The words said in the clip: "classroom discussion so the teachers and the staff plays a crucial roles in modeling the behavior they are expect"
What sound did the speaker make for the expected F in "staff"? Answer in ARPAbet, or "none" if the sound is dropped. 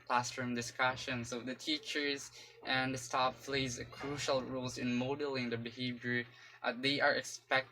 P